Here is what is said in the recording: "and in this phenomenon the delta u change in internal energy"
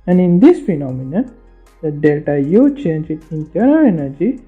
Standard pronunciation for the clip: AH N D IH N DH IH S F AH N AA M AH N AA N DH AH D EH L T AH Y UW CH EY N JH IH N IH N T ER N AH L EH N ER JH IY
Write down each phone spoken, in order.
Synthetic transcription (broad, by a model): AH N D IH N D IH S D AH N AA M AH N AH N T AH D EH L T AH Y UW CH EY N JH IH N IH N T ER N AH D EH N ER JH IY